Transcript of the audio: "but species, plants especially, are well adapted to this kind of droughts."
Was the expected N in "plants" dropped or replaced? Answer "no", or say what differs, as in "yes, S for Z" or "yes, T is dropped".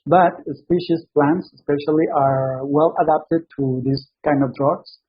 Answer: no